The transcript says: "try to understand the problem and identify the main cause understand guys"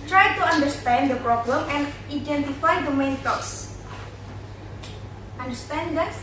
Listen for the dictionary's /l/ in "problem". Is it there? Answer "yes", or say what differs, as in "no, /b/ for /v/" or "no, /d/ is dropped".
yes